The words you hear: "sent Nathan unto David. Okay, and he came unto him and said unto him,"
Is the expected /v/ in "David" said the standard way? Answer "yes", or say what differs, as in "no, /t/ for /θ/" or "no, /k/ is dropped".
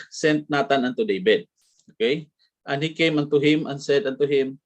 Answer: no, /b/ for /v/